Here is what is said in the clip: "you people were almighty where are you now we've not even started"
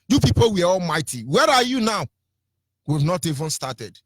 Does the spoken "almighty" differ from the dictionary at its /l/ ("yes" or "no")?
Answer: no